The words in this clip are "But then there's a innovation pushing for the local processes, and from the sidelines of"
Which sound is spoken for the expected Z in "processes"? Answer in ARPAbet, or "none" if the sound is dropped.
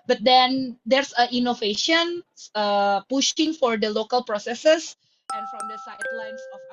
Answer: S